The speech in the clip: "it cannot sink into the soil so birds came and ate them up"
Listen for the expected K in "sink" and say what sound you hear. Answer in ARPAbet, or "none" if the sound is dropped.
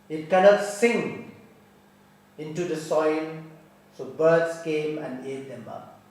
none